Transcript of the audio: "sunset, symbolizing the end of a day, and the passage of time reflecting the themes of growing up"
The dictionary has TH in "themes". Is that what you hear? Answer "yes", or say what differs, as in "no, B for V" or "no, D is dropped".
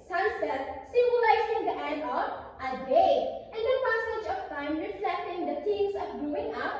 no, T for TH